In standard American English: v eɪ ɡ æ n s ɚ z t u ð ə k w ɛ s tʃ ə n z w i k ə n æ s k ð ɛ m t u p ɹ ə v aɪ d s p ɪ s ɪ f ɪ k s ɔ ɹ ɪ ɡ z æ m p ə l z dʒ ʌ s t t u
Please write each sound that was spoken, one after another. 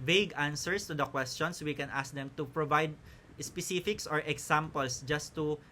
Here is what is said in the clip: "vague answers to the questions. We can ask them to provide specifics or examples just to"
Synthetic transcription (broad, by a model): v eɪ ɡ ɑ n s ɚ s t u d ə k w ɛ s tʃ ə n s w i k ə n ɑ s k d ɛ m t u p ɹ ə v aɪ d s p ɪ s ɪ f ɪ k s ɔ ɹ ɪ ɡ s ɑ m p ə l s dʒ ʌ s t t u